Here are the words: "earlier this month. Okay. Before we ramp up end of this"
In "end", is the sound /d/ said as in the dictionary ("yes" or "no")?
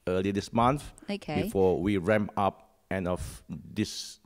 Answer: no